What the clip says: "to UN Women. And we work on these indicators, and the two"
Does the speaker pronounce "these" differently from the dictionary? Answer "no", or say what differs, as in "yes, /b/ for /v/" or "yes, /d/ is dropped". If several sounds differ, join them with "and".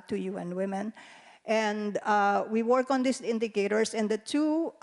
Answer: yes, /s/ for /z/